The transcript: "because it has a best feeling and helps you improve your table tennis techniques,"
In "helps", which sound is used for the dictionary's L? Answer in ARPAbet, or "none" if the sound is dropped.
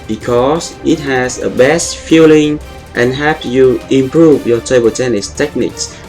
none